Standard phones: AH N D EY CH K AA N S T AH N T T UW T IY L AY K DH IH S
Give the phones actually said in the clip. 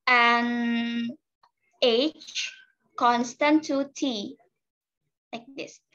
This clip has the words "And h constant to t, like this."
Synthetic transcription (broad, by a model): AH N EY CH K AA N S T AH N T T UW T IY L AY K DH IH S